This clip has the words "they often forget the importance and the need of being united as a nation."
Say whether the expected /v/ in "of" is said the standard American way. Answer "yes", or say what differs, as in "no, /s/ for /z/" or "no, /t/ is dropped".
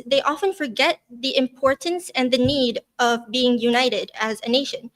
yes